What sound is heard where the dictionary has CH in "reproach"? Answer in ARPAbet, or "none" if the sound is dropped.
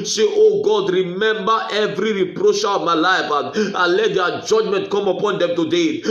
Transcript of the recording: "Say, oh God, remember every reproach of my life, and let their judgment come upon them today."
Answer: SH